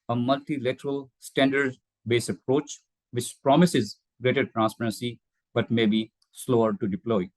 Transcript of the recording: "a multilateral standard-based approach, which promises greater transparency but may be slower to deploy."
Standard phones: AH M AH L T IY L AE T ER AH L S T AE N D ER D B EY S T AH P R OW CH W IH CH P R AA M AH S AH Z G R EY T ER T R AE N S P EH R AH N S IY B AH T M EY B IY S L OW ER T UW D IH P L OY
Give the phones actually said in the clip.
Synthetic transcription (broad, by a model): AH M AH L T IY L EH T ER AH L S T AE N D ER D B EY S AH P R OW CH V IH CH P R AA M AH S AH Z G R EY T ER T R AE N S P EH R AH N S IY B AH T M EY B IY S L OW ER T UW D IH P L OY